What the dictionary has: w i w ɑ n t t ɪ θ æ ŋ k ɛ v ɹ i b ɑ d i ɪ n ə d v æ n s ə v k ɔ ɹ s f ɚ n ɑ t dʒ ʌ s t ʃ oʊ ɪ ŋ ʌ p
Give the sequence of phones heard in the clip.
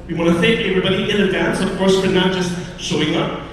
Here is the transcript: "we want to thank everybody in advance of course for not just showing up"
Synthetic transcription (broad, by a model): w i w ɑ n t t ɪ θ æ ŋ k ɛ v ɹ i b ɑ d i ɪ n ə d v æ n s ə v k ɔ ɹ s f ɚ n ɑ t dʒ ʌ s t ʃ oʊ ɪ ŋ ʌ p